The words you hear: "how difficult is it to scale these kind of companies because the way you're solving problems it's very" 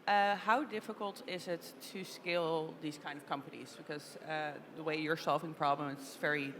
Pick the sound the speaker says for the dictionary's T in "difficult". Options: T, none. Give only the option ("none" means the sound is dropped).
T